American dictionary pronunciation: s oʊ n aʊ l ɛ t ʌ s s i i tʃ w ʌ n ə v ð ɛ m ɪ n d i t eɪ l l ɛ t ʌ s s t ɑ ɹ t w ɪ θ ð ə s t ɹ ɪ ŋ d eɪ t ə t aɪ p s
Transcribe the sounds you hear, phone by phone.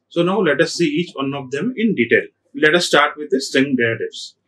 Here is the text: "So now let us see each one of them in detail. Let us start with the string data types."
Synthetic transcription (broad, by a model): s oʊ n aʊ l ɛ t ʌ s s i i tʃ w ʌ n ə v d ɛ m ɪ n d i t eɪ l l ɛ t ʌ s s t ɑ ɹ t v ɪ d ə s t ɪ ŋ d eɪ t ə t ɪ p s